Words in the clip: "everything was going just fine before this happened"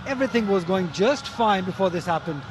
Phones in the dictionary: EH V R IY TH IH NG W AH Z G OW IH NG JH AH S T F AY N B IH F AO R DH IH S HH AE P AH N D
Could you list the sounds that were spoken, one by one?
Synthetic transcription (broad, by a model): EH V R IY TH IH NG W AH Z G OW IH NG JH AH S T F AY N B IH F AO R DH IH S HH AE P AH N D